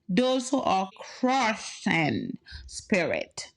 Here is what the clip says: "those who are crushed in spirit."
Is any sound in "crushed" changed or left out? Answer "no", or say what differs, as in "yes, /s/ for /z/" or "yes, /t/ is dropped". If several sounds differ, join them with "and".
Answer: yes, /t/ is dropped